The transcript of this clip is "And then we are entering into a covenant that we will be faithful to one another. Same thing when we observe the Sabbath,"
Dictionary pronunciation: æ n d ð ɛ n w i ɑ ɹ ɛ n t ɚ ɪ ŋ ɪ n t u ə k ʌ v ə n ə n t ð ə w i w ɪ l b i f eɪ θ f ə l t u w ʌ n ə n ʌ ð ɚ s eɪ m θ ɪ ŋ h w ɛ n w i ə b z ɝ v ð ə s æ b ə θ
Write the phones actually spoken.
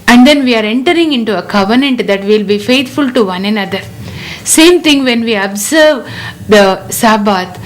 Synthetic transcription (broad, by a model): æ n d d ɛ n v i ɑ ɹ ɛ n t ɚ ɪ ŋ ɪ n t u ə k ʌ v ə n ə n t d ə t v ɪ l b i f eɪ t f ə l t u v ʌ n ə n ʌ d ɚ s eɪ m t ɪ ŋ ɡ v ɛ n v i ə b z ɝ v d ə s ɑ b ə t